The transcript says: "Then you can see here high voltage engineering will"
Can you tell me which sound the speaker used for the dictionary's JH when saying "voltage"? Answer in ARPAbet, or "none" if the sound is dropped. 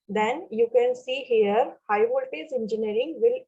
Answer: Z